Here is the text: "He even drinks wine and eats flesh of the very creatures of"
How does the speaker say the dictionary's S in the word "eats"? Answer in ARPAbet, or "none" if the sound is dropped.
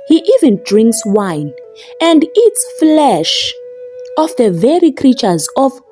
S